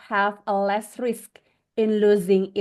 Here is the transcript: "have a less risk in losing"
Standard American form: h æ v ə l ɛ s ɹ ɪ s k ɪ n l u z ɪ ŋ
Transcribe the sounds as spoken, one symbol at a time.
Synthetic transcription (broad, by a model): h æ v ə l ɛ s ɹ ɪ s k ɪ n l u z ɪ ŋ